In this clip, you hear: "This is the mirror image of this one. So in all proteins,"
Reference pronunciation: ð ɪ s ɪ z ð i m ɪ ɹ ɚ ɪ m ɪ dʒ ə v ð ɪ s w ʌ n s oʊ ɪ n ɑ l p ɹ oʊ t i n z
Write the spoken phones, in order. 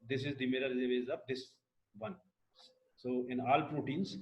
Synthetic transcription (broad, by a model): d ɪ s ɪ z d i m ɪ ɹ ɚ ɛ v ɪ z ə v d ɪ s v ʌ n s oʊ ɪ n ɑ l p ɹ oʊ t i n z